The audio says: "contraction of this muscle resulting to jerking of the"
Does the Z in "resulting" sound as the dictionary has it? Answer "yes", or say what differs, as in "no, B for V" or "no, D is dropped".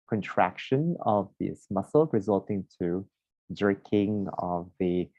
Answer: yes